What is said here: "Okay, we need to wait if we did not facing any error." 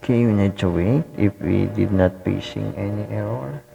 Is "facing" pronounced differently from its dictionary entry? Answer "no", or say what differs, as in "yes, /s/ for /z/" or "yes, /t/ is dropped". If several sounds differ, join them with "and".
yes, /p/ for /f/